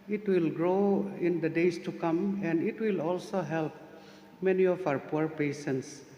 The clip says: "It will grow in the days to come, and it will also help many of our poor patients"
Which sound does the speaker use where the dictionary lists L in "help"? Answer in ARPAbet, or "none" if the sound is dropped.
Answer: L